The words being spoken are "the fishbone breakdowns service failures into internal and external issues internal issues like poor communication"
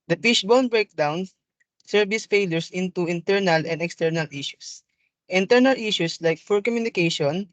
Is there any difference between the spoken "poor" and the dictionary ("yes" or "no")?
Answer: yes